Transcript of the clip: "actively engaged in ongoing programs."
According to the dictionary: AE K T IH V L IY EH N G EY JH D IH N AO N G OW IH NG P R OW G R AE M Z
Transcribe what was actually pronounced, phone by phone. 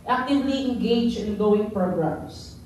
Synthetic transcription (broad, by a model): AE K T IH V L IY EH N G EY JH IH N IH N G OW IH NG P R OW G R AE M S